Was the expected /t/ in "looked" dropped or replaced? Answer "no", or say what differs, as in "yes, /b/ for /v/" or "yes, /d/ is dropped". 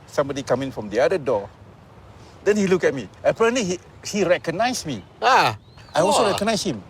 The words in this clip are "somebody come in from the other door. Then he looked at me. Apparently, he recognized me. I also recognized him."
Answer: yes, /t/ is dropped